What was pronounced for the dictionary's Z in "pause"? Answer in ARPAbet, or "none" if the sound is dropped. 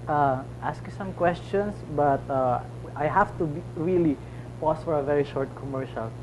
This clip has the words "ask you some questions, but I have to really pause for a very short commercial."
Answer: S